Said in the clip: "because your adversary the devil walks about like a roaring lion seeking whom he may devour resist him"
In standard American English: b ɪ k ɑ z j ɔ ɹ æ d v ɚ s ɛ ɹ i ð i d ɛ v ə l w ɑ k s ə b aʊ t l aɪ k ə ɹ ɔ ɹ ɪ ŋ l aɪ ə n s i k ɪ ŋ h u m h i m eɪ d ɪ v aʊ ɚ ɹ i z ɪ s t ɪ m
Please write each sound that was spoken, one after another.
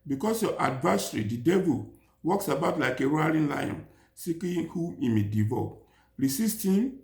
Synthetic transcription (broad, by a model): b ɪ k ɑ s j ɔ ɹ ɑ d v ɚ s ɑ ɹ i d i d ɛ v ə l w ɑ k s ə b aʊ t l aɪ k ə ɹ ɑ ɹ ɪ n l aɪ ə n s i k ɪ h u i m eɪ d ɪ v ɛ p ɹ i s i s t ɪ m